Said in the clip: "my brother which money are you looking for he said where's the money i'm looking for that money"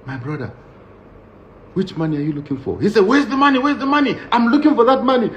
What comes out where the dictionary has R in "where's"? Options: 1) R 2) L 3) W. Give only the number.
3